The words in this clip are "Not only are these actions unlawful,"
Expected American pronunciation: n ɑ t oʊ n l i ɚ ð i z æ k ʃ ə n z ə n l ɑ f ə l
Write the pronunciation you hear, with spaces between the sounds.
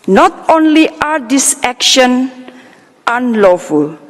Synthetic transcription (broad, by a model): n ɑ t oʊ n l i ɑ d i s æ k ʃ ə n ə n l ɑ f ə l